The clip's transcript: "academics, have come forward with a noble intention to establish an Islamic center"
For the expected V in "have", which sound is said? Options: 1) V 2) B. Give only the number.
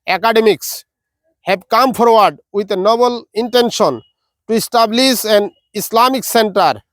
2